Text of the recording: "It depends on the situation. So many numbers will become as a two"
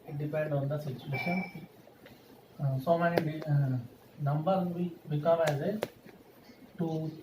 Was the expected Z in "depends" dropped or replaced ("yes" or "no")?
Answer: yes